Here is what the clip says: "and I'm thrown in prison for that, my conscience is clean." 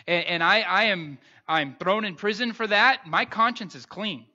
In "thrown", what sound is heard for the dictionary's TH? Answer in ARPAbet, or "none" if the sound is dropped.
TH